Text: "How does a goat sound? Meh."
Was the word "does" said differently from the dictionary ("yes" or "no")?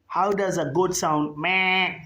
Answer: no